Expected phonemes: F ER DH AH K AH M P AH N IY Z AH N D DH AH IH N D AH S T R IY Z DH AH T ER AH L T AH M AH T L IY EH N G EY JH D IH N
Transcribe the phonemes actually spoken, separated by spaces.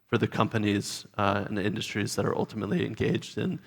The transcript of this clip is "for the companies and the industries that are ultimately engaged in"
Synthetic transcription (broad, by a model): F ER DH AH K AH M P AH N IY Z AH N IH N D AH S T R IY Z DH AH T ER AH L T AH M AH T L IY EH N G EY JH D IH N